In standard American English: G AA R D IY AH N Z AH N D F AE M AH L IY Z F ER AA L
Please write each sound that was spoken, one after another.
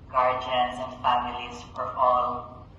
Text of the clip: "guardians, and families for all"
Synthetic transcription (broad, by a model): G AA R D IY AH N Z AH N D F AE M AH L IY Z P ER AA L